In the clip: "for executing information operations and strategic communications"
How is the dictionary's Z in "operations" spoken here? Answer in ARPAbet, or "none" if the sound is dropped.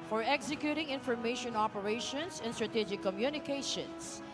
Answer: S